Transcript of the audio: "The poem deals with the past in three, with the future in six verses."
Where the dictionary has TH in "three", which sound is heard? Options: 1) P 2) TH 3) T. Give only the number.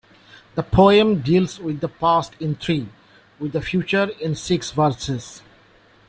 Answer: 3